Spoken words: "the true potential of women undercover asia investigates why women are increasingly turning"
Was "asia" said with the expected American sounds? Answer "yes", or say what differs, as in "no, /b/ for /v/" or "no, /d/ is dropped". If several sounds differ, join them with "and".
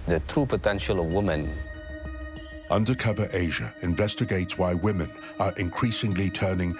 yes